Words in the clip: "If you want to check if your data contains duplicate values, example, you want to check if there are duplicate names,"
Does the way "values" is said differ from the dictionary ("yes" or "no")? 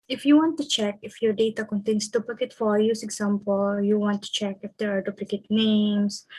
yes